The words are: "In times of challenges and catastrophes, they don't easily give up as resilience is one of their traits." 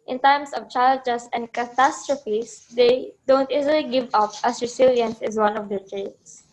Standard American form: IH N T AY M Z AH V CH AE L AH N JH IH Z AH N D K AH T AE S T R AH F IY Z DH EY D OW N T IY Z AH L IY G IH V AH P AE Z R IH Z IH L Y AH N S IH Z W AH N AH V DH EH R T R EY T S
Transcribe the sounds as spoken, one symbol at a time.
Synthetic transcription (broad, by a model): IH N T AY M S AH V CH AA AH L JH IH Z AH N D K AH T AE S T R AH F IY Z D EY D OW N T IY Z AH L IY G IH V AH P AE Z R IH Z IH L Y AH N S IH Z W AH N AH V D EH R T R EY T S